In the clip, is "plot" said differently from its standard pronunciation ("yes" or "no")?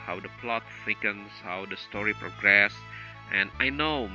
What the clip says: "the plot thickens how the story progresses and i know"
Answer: no